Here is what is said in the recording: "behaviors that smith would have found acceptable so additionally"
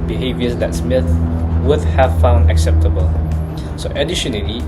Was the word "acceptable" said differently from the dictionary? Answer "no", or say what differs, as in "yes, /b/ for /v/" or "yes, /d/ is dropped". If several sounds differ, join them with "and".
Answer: no